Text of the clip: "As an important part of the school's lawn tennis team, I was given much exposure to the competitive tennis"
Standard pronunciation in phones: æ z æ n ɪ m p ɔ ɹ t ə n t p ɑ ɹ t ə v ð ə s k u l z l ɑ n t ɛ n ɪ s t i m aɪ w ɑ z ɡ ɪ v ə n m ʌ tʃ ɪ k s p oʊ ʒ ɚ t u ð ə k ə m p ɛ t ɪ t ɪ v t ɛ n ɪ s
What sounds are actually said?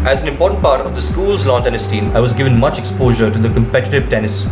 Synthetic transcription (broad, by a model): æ z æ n ɪ m p ɔ ɹ t ə n t p ɑ ɹ t ə v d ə s k u l z l ɑ n t ɛ n ɪ s t i m aɪ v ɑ z ɡ ɪ v ə n m ʌ tʃ ɪ k s p oʊ ʒ ɚ t u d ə k ə m p ɛ t ɪ t ɪ v t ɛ n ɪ s